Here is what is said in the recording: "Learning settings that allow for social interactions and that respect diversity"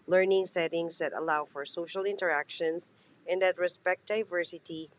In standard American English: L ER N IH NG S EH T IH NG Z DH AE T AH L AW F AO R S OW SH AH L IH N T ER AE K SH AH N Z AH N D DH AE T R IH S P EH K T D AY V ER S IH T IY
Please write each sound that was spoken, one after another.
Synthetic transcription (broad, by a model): L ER N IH NG S EH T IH NG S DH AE T AH L AW F AO R S OW SH AH L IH N T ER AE K SH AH N S AH N D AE T R IH S P EH K T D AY V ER S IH T IY